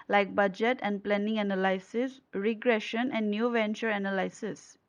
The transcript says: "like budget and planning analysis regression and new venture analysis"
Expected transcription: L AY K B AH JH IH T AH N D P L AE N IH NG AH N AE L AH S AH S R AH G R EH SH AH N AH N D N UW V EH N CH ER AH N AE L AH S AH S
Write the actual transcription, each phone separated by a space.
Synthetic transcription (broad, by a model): L AY K B AH JH IH T AH N D P L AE N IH NG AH N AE L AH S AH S R AH G R EH SH AH N AH N D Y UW V EH N CH ER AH N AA L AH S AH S